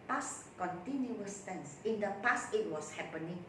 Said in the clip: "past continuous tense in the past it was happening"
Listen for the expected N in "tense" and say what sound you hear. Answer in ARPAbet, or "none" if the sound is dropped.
N